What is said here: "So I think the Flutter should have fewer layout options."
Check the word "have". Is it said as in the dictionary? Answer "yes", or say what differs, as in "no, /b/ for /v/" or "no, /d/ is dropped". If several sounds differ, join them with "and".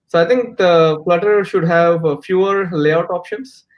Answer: yes